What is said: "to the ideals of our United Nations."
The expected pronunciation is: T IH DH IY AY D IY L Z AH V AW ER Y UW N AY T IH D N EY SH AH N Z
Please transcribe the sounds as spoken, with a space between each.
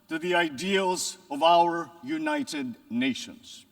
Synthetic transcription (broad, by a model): T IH DH IY AY D IY L Z AH V AW ER Y UW N AY T IH D N EY SH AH N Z